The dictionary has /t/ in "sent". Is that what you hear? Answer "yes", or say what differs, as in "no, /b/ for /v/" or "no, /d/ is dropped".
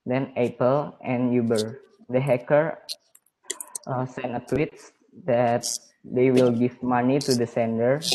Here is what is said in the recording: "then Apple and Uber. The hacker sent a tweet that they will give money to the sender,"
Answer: no, /t/ is dropped